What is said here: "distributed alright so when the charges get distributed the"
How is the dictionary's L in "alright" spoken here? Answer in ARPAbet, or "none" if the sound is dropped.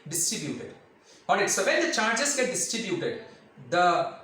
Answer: none